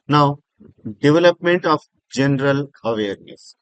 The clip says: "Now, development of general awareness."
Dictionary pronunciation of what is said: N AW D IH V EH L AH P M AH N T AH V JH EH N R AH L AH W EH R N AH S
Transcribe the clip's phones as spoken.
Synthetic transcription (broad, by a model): N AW D IH V EH L AH P M AH N T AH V JH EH N R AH L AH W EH R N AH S